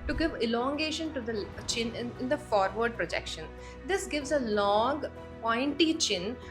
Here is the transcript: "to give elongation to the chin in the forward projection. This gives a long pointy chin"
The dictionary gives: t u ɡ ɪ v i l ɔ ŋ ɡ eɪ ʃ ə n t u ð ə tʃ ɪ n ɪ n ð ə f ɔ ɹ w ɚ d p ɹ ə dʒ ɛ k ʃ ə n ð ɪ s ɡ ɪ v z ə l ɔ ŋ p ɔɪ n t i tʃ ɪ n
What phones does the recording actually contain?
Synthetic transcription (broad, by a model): t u ɡ ɪ v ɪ l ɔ ŋ ɡ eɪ ʃ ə n t u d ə tʃ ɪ n ɪ n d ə f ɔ ɹ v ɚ d p ɹ ə dʒ ɛ k ʃ ə n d ɪ s ɡ ɪ v z ə l ɔ ŋ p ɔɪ n t i tʃ ɪ n